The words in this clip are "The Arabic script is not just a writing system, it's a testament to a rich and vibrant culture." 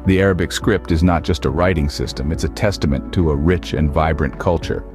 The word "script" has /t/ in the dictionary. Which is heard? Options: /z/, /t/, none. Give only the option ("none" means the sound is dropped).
/t/